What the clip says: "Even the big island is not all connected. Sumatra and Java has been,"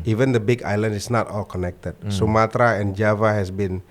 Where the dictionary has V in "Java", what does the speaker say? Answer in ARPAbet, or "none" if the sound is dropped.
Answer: V